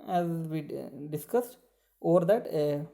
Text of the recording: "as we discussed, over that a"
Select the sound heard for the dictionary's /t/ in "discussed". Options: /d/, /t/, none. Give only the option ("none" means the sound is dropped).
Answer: /t/